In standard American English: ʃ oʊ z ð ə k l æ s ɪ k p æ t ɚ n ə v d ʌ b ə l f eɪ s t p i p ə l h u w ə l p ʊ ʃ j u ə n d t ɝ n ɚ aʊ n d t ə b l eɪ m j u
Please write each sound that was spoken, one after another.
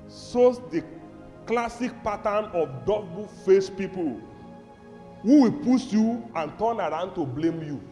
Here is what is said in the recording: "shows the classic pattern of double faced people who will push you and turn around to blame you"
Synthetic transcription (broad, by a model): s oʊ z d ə k l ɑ s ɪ k p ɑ t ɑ n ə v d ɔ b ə f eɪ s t p i p ə l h u w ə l p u s j u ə n t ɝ n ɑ aʊ n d t ə b l eɪ m j u